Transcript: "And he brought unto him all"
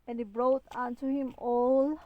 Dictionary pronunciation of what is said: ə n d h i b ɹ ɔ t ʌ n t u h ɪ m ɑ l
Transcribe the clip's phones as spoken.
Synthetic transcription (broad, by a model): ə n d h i b ɹ ɔ t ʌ n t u h ɪ m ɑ l